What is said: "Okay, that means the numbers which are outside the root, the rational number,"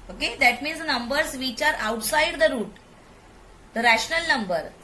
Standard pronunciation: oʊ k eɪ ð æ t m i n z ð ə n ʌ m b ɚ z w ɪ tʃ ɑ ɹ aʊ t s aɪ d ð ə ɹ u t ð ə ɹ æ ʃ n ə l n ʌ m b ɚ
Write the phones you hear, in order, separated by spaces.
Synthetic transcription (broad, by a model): oʊ k eɪ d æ t m i n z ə n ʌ m b ɚ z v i tʃ ɑ ɹ aʊ t s aɪ d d ə ɹ u t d ə ɹ æ ʃ n ə l n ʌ m b ɚ